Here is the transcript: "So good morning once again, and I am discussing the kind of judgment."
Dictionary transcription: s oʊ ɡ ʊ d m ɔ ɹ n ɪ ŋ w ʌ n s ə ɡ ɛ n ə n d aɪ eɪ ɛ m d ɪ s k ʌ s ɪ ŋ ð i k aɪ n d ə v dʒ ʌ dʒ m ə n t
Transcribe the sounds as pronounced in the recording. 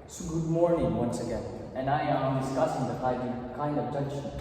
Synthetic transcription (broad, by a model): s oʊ ɡ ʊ d m ɔ ɹ n ɪ ŋ w ʌ n s ə ɡ ɛ n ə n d aɪ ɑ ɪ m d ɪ s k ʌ s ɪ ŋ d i k aɪ n d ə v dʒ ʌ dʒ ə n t